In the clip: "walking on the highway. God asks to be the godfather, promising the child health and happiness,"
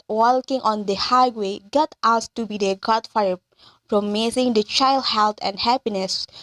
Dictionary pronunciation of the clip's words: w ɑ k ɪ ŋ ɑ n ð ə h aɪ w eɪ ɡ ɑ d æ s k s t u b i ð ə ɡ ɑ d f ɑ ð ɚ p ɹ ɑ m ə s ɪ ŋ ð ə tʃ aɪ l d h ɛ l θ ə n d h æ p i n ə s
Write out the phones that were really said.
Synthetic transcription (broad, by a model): w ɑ k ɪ ŋ ɑ n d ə h aɪ w eɪ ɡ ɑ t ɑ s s t u b i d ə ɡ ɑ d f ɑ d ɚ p ɹ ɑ m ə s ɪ ŋ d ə tʃ aɪ l d h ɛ l t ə n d h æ p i n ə s